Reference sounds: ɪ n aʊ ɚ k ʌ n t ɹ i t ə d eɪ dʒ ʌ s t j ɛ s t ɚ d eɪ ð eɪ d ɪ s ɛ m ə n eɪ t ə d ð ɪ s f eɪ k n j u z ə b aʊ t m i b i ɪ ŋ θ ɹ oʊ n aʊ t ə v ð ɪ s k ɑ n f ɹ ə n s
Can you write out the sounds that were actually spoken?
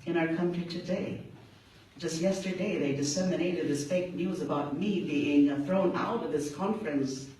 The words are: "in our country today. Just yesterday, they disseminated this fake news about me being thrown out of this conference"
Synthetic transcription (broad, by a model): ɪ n aʊ ɚ k ʌ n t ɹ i t ə d eɪ dʒ ʌ s t j ɛ s t ɚ d eɪ ð eɪ d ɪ s ɛ m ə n eɪ t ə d ð ɪ s f eɪ k n j u z ə b aʊ t m i b i ɪ ŋ θ ɹ oʊ n aʊ t ə v ð ɪ s k ɑ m f ɹ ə n s